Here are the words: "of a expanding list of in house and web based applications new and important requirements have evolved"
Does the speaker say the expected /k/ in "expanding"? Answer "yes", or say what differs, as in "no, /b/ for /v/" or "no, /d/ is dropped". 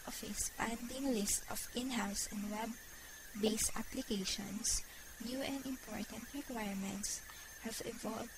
no, /k/ is dropped